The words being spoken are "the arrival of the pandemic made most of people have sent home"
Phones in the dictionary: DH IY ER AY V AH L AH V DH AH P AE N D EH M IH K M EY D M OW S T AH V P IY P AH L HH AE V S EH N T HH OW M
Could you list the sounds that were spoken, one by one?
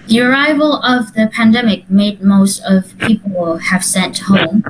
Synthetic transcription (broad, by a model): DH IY ER AY V AH L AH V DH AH P AE N D EH M IH K M EY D M OW S T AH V P IY P AH L HH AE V S EH N T HH OW M